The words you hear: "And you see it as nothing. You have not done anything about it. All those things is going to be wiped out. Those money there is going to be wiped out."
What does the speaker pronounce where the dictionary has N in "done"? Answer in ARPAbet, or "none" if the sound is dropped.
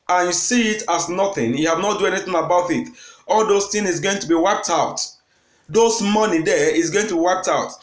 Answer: none